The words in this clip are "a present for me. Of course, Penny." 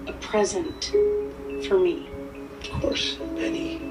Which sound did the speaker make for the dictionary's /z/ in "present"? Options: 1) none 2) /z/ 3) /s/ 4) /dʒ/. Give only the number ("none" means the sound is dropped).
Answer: 2